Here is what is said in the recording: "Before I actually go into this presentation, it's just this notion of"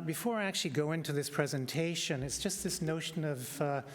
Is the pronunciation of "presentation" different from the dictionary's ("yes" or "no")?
no